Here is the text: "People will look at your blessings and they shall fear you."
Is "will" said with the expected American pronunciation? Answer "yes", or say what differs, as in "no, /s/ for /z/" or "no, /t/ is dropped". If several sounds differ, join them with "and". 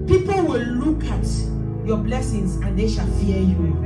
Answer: yes